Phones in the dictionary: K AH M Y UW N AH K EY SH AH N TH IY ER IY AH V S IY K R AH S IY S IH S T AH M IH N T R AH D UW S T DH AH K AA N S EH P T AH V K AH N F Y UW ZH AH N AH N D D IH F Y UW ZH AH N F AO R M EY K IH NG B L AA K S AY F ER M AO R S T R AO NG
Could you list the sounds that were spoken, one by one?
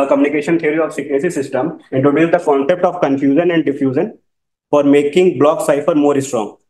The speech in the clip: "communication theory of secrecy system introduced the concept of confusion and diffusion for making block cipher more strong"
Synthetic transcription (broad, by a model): K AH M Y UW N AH K EY SH AH N T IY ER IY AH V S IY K AH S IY S IH S T AH M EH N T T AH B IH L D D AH K AA N S EH P T AH V K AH N F Y UW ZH AH N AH N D D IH F Y UW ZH AH N F AO R M EY K IH NG B L AA K S AY F ER M AO R S T R AO NG